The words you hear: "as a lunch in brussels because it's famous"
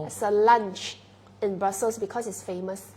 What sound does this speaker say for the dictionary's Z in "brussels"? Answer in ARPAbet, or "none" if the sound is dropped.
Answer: S